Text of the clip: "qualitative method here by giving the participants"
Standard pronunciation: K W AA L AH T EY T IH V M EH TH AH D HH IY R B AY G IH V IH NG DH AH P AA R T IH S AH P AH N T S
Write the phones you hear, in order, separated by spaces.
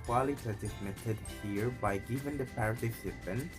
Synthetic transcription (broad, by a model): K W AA L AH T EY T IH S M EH T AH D HH IY R B AY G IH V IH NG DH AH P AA R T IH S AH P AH N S